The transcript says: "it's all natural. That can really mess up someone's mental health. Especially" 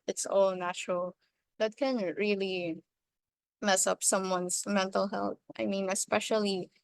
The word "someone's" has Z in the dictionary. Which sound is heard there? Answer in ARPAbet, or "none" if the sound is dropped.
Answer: S